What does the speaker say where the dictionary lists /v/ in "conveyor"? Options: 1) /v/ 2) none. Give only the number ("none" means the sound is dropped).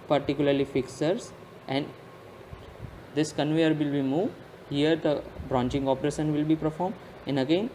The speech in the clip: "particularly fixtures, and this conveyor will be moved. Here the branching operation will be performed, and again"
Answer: 1